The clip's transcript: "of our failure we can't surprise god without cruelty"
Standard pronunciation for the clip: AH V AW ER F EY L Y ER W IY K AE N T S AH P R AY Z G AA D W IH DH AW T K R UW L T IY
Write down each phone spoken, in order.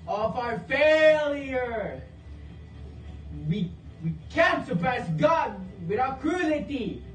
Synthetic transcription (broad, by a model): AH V AW ER F EY L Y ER W IY K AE N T S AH P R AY S G AA D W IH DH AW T K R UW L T IY